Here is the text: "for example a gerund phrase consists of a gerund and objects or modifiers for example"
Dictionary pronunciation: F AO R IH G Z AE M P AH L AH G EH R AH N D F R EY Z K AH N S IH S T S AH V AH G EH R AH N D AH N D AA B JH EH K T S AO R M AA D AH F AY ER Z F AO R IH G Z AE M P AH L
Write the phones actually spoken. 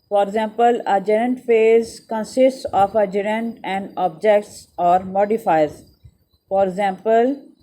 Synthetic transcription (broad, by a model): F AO R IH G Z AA M P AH L AH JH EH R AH N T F EY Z K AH N S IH S T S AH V AH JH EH R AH N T AH N D AA B JH EH K T S AO R M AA D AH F AY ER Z F AO R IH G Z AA M P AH L